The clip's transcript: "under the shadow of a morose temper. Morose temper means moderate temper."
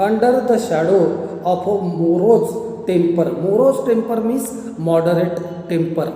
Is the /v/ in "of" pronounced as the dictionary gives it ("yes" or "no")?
no